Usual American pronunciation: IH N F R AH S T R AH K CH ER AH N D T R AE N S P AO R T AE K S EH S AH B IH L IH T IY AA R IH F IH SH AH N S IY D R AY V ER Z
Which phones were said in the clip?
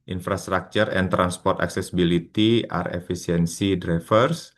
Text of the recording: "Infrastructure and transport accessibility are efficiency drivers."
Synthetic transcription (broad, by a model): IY N F R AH S T R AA K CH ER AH N T R AE N S P AO R T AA K S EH S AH B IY L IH T IY AA R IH F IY S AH N S IY D R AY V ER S